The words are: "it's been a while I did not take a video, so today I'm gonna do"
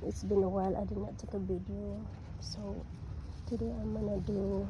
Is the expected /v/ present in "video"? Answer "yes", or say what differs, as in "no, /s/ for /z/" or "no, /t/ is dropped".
no, /b/ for /v/